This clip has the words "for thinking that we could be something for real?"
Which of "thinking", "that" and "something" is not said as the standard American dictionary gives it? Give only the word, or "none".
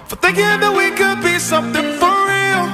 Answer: none